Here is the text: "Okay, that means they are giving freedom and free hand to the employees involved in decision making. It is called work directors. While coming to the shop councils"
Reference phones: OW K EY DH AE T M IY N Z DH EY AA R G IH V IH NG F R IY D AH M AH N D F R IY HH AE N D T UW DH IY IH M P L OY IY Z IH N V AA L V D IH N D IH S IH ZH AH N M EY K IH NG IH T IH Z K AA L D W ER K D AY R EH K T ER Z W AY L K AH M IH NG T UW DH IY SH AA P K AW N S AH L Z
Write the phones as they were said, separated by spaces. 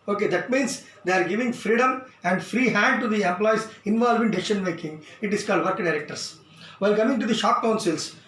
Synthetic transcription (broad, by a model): OW K EY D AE T M IY N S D EY AA R G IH V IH NG F R IY D AH M AH N D F R IY HH AE N D T UW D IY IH M P L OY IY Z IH N V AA L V IH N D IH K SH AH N M EY K IH NG IH T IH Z K AA L D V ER K D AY R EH K T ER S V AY L K AH M IH NG T UW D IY SH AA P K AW N S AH L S